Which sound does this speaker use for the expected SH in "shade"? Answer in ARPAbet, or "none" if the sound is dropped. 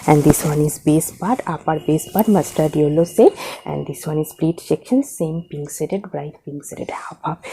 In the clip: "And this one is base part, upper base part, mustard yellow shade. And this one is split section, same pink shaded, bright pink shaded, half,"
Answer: S